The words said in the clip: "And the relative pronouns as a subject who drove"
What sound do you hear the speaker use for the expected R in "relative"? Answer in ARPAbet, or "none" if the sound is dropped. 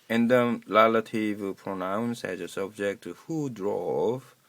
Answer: L